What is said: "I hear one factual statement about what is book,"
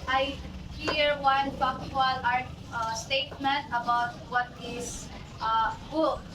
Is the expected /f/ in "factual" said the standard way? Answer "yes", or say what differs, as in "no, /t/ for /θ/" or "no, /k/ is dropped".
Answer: no, /p/ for /f/